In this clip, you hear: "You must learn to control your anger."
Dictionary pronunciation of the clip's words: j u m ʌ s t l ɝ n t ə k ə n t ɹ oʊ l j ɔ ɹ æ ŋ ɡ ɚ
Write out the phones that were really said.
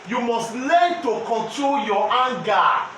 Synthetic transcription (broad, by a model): j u m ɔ s t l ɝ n t ə k ə n t ɹ oʊ l j ɔ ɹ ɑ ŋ ɡ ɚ